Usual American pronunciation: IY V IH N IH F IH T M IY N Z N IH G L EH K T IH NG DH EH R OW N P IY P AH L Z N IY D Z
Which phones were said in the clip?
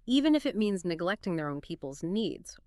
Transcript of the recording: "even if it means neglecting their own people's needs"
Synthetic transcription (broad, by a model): IY V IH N IH F IH T M IY N Z N IH G L EH K T IH NG DH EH R OW N P IY P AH L Z N IY D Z